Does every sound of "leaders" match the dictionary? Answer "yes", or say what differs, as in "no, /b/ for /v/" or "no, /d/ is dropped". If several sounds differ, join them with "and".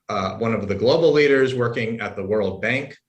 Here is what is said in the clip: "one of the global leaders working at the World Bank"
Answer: yes